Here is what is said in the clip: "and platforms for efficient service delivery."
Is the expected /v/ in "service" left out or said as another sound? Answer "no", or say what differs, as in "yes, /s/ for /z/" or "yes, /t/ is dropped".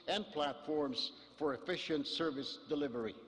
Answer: no